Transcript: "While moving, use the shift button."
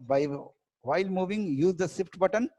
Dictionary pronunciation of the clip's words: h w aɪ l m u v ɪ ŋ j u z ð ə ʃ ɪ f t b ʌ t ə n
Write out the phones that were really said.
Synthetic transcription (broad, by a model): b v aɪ l m u v ɪ ŋ j u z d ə s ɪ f t b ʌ t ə n